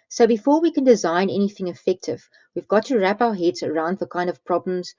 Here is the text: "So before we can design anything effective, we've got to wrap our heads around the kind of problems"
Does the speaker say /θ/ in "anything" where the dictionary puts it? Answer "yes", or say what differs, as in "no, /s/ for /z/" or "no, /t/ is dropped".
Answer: yes